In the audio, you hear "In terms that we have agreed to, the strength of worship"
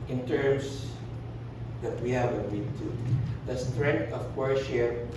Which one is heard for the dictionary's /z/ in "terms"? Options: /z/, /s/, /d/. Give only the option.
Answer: /s/